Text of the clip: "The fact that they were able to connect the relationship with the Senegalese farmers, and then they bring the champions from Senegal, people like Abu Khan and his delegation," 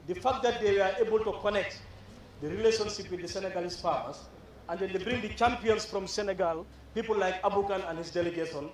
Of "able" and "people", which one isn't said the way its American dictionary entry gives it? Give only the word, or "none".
none